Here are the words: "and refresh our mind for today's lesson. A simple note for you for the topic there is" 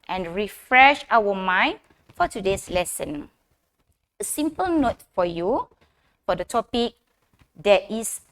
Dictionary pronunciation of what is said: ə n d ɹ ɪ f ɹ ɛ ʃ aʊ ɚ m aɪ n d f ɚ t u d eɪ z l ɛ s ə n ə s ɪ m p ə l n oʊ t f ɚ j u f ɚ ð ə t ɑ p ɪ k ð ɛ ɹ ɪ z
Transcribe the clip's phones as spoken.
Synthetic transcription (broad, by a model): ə n ɹ ɪ f ɹ ɛ ʃ aʊ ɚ m aɪ n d f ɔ t u d eɪ s l ɛ s ə n ə s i m p ə l n oʊ t f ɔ j u f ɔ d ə t ɑ p ɪ k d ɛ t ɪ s